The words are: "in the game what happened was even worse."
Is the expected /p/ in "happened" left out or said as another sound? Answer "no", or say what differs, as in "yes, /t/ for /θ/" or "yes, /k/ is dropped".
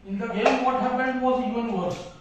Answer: yes, /b/ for /p/